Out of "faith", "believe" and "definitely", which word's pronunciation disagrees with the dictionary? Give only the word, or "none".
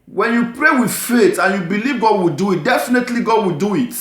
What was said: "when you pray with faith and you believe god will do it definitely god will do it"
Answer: faith